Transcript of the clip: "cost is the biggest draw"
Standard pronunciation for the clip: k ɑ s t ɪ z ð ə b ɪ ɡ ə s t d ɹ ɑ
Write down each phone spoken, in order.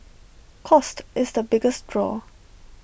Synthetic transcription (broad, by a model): k ɑ s t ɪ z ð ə b ɪ ɡ ə s t d ɹ ɑ